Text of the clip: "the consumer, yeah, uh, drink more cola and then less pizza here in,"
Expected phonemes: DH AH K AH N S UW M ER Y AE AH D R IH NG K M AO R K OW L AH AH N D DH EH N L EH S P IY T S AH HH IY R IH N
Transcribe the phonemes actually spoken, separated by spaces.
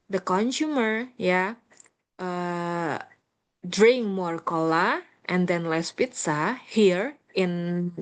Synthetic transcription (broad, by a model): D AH K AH N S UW M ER Y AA AH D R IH NG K M AO R K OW L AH AH N D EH N L EH S P IY T S AH HH IY R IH N